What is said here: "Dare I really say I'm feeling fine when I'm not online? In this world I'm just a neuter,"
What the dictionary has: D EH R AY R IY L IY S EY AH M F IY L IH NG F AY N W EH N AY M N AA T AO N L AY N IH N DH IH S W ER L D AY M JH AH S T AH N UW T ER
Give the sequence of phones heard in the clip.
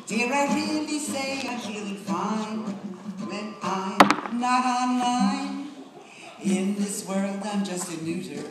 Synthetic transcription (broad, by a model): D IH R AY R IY N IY S EY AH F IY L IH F AY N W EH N AY N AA T AO N L AY N IH N DH IH S W ER L D AY M JH AH S T AH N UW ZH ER